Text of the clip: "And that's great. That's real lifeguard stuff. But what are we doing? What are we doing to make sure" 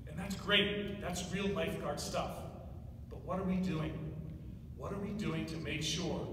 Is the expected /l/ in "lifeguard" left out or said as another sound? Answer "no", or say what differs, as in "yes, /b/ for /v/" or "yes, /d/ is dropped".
yes, /n/ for /l/